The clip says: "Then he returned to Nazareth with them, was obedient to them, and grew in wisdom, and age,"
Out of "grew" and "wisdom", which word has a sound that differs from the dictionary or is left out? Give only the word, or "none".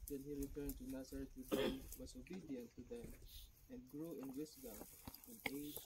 wisdom